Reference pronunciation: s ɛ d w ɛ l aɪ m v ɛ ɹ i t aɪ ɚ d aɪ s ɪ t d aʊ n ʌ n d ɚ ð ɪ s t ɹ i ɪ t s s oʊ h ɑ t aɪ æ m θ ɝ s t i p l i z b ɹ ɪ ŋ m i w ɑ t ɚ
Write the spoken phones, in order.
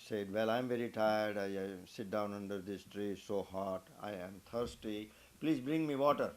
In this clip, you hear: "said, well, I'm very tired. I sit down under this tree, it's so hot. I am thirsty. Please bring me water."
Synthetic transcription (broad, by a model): s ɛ d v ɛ l aɪ m v ɛ ɹ i t aɪ ɚ d aɪ s ɪ t d aʊ n ʌ n d ɚ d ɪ s t ɹ i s s oʊ h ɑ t aɪ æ m t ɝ s t i p l i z b ɹ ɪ ŋ m i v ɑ t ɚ